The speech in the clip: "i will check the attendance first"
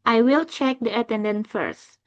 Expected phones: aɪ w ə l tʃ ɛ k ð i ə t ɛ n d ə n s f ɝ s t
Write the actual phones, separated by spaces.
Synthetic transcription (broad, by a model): aɪ w ə l tʃ ɛ k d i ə t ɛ n d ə n f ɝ s t